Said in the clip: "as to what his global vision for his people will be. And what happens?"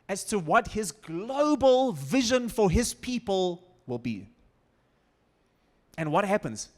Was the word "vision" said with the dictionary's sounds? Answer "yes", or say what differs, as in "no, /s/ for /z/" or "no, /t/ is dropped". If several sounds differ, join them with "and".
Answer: yes